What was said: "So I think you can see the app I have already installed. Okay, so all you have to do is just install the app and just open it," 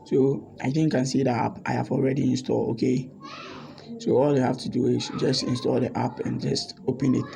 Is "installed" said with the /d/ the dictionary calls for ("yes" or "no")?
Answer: no